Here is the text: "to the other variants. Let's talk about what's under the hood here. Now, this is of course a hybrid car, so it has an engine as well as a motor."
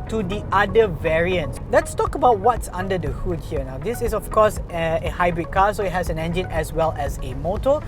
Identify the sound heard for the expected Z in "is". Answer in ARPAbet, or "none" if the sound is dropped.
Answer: S